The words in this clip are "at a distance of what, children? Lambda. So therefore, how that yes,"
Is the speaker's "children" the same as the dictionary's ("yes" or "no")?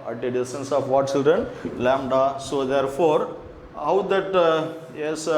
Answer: yes